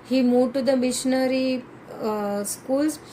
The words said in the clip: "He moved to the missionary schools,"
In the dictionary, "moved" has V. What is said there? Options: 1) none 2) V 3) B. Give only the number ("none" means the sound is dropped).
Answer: 1